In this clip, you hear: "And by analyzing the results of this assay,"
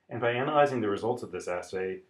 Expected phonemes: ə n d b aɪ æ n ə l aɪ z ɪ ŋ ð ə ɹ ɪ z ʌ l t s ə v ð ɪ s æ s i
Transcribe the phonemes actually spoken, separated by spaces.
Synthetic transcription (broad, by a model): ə n b aɪ æ n ə l aɪ z ɪ ŋ ð ə ɹ ɪ z ʌ l t s ə v ð ɪ s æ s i